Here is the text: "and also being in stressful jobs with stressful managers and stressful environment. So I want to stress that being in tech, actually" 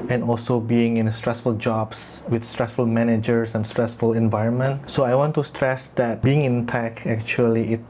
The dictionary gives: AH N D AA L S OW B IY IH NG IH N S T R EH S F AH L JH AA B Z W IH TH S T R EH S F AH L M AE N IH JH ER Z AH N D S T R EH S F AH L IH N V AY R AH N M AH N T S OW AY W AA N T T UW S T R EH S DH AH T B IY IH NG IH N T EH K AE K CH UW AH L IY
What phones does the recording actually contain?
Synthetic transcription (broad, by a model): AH N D AA L S OW B IY IH NG IH N S T R EH S F AH L JH AA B S W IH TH S T R EH S F AH L M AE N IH JH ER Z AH N S T R EH S F AH L IH N V AY R AH N M AH N T S OW AY W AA N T T UW S T R EH S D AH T B IY IH NG IH N T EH K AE K CH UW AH L IY